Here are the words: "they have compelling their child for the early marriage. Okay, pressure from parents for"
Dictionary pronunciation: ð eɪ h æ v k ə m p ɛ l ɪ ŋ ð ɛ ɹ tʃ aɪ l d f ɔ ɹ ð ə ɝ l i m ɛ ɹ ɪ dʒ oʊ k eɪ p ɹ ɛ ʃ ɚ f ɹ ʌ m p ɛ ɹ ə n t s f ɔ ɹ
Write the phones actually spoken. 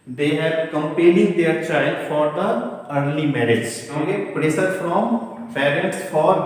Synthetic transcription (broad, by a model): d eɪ h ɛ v k ə m p ɛ l ɪ ŋ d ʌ ɹ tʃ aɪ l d f ɔ ɹ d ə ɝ l i m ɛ ɹ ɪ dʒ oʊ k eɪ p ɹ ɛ s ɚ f ɹ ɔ m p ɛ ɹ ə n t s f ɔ ɹ